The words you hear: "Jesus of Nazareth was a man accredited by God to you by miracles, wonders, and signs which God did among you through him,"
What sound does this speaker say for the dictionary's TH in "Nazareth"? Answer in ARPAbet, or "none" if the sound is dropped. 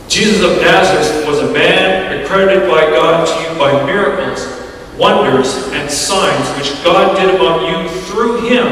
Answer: S